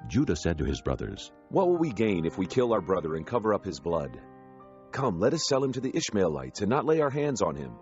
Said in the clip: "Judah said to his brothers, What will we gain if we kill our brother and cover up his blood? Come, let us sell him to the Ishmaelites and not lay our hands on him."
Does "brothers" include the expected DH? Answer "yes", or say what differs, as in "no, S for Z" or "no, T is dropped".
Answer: yes